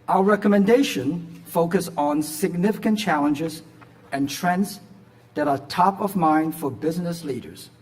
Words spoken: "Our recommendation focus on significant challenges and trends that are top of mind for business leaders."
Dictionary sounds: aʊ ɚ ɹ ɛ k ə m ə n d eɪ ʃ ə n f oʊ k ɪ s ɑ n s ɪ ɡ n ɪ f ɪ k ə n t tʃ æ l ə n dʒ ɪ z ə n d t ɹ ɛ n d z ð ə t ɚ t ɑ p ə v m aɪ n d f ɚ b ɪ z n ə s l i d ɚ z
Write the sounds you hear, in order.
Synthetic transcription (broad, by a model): aʊ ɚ ɹ ɛ k ə m ə n d eɪ ʃ ə n f oʊ k ɪ s n s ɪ ɡ n ɪ f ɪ k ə n tʃ æ l ə n dʒ ɪ z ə n t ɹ ɛ n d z ð ə t ɚ t ɑ p ə v m aɪ n d f ɚ b ɪ z n ə s l i d ɚ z